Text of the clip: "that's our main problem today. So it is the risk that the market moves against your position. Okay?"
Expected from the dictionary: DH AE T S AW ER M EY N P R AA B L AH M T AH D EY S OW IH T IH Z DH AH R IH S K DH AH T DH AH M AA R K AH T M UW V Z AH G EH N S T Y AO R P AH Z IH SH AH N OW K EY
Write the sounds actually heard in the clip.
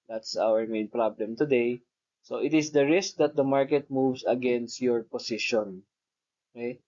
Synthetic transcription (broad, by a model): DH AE T S AW ER M EY N P R AA B L AH M T AH D EY S OW IH T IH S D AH R IH S K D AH T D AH M AA R K AH T M UW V S AH G EH N S T Y AO R P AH S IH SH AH N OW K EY